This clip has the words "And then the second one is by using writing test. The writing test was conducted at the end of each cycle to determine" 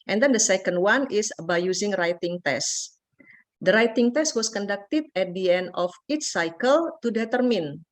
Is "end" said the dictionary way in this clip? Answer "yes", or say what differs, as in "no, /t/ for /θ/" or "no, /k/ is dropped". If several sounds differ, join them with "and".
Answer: yes